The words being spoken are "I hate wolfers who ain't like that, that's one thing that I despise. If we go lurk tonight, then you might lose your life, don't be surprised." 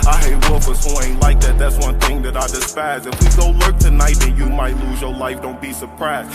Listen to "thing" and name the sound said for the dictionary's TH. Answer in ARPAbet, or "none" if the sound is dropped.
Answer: TH